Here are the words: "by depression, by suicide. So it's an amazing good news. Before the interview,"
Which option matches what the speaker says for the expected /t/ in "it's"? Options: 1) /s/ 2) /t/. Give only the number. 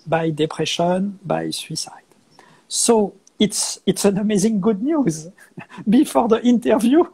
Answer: 2